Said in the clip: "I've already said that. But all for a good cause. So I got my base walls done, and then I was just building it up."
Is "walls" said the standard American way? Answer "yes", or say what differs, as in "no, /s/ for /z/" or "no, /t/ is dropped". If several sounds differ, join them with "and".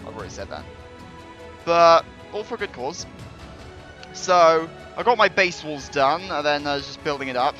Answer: yes